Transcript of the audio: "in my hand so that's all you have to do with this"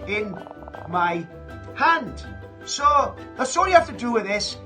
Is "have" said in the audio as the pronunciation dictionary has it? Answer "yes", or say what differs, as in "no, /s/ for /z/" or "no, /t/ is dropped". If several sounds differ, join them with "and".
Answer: no, /f/ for /v/